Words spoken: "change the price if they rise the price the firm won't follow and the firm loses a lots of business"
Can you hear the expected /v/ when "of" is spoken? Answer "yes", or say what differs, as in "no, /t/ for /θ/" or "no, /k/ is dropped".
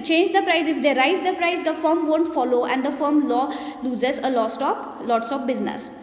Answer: no, /p/ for /v/